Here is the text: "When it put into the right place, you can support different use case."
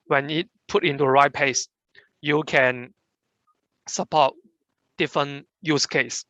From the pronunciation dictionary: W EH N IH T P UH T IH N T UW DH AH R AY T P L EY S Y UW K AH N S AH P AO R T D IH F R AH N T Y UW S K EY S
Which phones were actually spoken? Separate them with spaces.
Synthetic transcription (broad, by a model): W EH N IH T P UH T IH N T UW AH R AY T P EY S Y UW K AH N S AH P AO T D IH F R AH N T Y UW S K EY S